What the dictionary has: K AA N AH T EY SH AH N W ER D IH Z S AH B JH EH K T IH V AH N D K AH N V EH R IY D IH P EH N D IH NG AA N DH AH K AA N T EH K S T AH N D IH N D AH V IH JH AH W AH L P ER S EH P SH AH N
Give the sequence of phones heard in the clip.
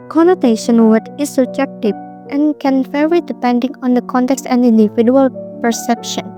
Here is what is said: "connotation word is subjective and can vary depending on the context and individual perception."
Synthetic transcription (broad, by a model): K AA N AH T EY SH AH N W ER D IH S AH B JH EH K T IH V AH N K AH N F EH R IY D IH P EH N D IH NG AA N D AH K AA N T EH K S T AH N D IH N D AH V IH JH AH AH L P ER S EH P SH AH N